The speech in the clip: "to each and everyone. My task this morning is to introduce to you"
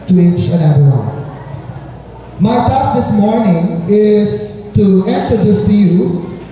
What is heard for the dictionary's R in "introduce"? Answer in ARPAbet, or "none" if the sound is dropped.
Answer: none